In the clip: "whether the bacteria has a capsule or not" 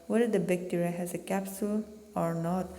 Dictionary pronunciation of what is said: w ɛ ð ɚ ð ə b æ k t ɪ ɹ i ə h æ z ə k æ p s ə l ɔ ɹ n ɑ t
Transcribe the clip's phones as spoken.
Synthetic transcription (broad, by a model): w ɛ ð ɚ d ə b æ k t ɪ ɹ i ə h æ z ə k æ p s ə l ɔ ɹ n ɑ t